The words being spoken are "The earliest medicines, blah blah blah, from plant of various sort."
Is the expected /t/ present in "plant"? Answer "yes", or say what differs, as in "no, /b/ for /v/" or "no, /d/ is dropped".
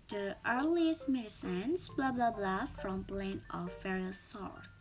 no, /t/ is dropped